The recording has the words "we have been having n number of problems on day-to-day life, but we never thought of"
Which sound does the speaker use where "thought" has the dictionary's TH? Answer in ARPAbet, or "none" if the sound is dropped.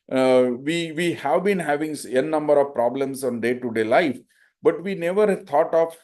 T